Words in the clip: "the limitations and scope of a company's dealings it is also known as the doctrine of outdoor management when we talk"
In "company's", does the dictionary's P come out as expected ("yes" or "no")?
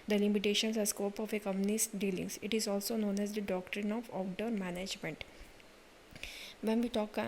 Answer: no